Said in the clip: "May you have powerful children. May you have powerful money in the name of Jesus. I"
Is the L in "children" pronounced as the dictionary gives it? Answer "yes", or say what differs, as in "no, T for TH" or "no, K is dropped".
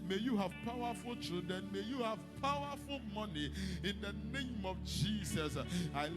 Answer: no, L is dropped